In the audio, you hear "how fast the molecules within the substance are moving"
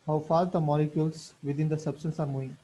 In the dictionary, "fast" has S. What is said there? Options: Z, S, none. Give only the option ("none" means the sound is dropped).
none